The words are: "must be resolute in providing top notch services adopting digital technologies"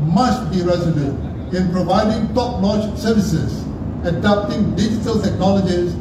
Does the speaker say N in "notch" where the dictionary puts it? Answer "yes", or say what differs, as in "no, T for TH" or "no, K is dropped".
no, L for N